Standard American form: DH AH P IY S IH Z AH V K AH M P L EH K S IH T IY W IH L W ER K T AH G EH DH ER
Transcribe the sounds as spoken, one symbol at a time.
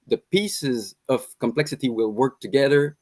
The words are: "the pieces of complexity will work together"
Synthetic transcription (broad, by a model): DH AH P IY S IH Z AH V K AH M P L EH K S IH T IY W IH L W ER K T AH G EH DH ER